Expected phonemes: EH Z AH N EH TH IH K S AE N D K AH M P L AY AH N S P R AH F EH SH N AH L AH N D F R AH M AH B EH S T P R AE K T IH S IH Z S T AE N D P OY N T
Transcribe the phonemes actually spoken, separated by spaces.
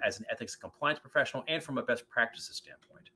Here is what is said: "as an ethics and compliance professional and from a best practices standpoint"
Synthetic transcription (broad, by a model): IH Z N EH TH IH K S K AH M P L AY AH N S P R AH F EH SH N L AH N F R AH M AH B EH S T P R AE K T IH S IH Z S T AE N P OY N T